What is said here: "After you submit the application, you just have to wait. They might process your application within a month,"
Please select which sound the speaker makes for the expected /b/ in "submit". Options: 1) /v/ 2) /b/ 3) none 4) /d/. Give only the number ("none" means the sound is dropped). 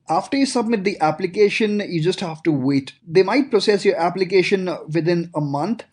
2